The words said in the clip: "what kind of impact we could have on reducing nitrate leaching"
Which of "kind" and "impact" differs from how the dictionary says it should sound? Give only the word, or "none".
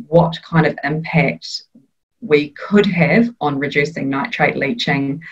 none